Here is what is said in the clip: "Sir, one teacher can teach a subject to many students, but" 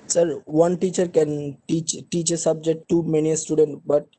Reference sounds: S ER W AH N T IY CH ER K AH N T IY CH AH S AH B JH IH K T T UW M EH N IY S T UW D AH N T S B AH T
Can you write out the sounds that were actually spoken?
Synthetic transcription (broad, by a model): S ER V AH N T IY CH ER K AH N T IY CH AH S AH B JH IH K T T UW M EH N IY S T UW D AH N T B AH T